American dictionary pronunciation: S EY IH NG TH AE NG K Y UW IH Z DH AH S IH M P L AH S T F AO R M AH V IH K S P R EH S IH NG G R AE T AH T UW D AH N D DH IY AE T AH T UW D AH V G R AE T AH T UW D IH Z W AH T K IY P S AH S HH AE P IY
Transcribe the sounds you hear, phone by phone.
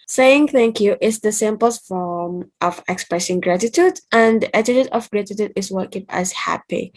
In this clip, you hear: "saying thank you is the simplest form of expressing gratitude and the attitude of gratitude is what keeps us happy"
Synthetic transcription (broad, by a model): S EY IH NG TH AE NG K Y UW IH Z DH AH S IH M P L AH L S F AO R M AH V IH K S P R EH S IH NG G R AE T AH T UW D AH N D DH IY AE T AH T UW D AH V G R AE T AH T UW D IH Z W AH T K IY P AH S HH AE P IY